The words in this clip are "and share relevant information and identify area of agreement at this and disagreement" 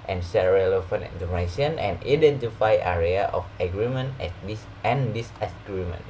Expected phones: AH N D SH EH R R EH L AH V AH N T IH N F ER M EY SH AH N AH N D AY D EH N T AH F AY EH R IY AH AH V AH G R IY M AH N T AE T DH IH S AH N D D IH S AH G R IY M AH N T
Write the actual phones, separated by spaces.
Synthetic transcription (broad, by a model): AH N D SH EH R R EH L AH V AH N IH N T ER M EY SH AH N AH N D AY D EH N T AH F AY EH R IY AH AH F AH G R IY M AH N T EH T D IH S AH N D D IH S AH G R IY M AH N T